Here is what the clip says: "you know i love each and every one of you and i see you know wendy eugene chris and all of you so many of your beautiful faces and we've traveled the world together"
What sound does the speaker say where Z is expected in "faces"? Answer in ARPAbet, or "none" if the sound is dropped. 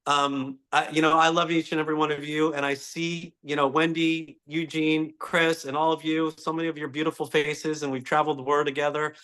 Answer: Z